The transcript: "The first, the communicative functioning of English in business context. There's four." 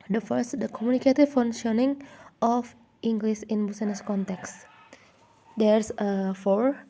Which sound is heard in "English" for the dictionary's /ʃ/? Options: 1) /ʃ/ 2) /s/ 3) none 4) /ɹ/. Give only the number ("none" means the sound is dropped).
2